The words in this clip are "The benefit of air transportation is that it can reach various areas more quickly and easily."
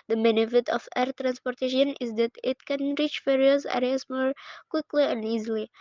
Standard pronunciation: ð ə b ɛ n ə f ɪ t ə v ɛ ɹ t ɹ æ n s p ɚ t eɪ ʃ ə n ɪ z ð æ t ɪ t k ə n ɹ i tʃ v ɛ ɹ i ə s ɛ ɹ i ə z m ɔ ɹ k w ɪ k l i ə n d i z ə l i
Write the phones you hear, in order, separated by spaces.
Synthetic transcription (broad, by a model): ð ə b ɛ n ə f ɪ t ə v ɛ ɹ t ɹ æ n s p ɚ t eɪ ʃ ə n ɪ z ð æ t ɪ t k ə n ɹ i tʃ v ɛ ɹ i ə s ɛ ɹ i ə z m ɔ ɹ k w ɪ k l i ə n d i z l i